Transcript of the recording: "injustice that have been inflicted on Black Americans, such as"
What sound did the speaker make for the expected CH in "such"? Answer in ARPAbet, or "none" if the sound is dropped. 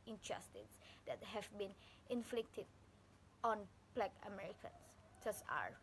S